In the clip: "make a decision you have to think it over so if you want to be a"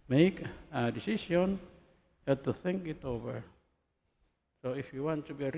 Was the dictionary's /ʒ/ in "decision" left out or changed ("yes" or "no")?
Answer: yes